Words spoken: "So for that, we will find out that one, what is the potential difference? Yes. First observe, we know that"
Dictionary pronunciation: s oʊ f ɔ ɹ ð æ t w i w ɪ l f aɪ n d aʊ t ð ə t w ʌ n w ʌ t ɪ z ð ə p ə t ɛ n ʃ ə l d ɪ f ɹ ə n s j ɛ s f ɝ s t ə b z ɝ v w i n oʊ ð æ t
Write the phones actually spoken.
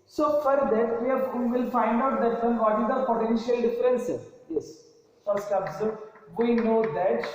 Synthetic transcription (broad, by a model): s oʊ f ɔ ɹ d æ t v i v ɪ l f aɪ n d aʊ t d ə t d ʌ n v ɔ t ɪ z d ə p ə t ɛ n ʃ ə l d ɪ f ɹ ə n s j ɛ s f ɝ s t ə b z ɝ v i n oʊ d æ t